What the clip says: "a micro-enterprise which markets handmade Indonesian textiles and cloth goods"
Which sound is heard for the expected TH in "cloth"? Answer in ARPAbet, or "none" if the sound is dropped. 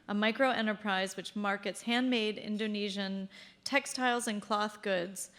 TH